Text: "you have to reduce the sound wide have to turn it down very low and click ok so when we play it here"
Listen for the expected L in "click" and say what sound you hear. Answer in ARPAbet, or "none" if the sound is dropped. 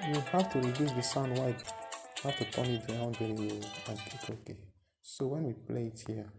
none